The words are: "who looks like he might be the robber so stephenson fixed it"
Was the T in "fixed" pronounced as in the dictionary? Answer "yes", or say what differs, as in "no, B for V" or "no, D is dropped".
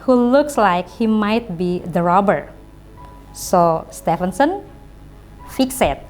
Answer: no, T is dropped